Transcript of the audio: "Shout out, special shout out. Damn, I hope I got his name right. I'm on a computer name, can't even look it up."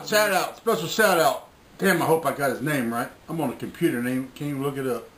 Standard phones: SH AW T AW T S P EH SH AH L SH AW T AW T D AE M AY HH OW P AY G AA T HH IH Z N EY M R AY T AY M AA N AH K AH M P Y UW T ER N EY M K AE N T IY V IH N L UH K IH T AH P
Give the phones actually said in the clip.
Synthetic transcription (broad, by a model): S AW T AW T S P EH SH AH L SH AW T AW T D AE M AY HH OW P AY G AA T HH IH Z N EY M R AY T AY M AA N AH K M P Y UW T ER N EY M K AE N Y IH L UH K IH T AH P